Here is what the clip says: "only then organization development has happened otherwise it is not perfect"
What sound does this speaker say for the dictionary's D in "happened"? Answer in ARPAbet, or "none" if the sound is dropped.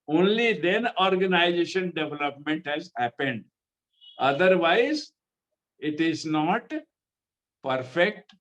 D